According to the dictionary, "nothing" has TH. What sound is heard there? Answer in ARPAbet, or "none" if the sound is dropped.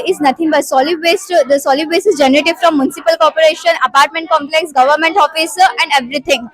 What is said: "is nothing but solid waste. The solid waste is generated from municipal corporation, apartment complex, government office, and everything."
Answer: T